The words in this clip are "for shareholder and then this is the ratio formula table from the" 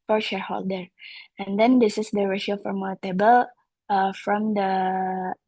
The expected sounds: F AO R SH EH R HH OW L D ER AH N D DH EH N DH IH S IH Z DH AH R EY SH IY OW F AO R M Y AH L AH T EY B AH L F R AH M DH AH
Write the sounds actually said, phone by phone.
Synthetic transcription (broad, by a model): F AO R SH EH R HH OW L D ER AH N D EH N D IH S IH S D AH R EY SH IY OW F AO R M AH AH T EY B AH L F R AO M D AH